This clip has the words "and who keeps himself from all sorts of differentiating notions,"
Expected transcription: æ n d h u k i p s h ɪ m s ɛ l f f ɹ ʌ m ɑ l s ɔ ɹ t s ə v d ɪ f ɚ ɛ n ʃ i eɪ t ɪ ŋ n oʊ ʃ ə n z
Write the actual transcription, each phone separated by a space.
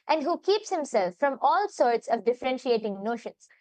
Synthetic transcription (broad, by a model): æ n d h u k i p s h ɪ m s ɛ l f f ɹ ʌ m ɑ l s ɔ ɹ t s ə v d ɪ f ɚ ɛ n ʃ i eɪ t ɪ ŋ n oʊ ʃ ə n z